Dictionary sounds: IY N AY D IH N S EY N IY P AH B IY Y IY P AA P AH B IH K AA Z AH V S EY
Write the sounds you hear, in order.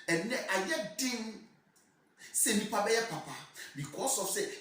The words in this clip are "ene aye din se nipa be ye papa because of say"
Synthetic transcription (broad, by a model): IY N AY D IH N S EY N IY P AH B IY Y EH P AA P AH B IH K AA S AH F S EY